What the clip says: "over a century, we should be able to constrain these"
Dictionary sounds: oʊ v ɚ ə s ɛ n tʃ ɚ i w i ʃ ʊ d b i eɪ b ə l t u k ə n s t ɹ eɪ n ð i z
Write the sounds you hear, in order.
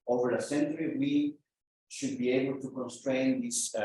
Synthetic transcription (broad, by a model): oʊ v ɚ ə s ɛ n tʃ ɚ i w i ʃ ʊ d b i eɪ b ə l t u k ə n s t ɹ eɪ n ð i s